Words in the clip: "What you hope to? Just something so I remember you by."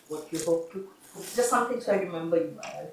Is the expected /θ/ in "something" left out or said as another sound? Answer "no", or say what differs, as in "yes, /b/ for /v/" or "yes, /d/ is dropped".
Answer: yes, /t/ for /θ/